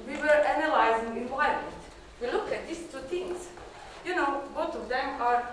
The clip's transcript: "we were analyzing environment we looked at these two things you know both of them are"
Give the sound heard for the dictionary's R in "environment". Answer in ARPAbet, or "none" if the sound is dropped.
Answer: none